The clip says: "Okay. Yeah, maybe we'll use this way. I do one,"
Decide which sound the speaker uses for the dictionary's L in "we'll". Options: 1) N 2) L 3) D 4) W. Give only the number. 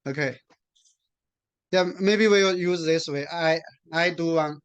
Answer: 4